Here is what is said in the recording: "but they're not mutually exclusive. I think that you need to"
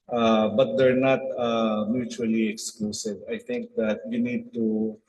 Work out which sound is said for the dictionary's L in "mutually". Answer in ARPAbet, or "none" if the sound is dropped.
L